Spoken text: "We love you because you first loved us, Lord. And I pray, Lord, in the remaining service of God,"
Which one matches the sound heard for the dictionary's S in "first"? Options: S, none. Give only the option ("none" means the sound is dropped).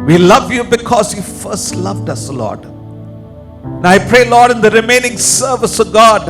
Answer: S